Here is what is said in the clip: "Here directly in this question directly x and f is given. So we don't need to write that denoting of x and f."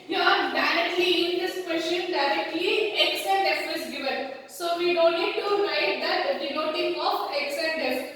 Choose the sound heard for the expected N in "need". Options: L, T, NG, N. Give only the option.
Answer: L